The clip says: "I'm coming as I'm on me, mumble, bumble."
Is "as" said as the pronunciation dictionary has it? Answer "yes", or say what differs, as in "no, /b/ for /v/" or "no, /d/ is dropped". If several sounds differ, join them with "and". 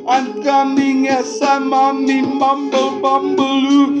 no, /s/ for /z/